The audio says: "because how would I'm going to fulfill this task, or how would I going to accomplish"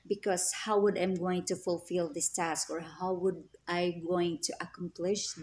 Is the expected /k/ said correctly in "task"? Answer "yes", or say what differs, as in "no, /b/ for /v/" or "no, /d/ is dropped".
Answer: yes